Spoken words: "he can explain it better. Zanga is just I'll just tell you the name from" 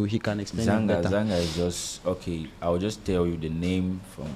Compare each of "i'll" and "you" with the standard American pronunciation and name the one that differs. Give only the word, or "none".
i'll